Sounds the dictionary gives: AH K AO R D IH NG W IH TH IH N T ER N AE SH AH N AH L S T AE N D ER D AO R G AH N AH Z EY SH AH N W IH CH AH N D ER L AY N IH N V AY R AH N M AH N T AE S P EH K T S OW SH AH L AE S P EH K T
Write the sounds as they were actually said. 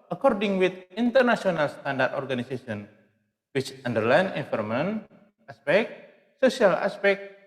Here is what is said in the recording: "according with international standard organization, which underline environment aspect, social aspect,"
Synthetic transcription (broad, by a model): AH K AO R D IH NG W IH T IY N T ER N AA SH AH N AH L S T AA N D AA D AO R G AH N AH S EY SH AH N W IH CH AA N D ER L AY N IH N F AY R M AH N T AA S P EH K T S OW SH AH L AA S P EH K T